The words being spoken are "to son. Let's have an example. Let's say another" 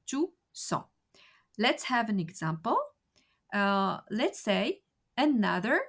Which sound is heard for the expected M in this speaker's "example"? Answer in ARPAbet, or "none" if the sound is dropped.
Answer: M